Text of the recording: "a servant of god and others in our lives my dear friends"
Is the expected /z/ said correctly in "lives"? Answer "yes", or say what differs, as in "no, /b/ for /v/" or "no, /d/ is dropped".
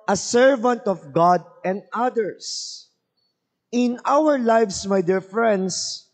no, /s/ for /z/